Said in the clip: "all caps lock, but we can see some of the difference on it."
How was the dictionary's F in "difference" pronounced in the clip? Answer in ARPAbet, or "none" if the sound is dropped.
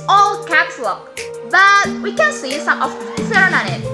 none